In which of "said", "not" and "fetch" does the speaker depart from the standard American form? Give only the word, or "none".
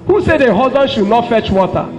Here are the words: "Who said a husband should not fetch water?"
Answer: none